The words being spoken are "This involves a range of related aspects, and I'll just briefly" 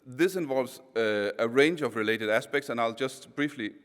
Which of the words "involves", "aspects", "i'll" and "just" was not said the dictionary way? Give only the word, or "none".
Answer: none